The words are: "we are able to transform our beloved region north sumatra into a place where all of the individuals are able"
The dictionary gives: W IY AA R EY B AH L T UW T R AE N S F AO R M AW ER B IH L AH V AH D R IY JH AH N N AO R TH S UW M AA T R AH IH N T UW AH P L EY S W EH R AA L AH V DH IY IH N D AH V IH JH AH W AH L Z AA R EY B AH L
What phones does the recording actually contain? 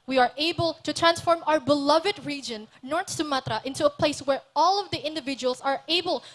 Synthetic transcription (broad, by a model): W IY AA R EY B AH L T UW T R AE N S F AO R M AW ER B IH L AH V AH D R IY JH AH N N AO R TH S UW M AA T R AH IH N T UW AH P L EY S W EH R AA L AH V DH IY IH N D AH V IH JH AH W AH L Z AA R EY B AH L